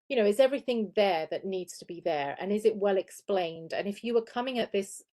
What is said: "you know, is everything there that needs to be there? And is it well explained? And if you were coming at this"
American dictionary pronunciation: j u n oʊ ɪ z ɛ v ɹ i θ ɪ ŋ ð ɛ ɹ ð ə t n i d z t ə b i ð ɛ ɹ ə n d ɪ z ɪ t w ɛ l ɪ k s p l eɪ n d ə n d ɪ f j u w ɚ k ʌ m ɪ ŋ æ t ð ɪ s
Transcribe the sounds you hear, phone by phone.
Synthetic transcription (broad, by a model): j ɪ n oʊ ɪ z ɛ v ɹ i θ ɪ ŋ ð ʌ ɹ ð ə t n i d z t ə b i ð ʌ ɹ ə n ɪ z ɪ t w ɛ l ɪ k s p l eɪ n d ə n ɪ f j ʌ w ɚ k ʌ m ɪ ŋ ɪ t ð ɪ s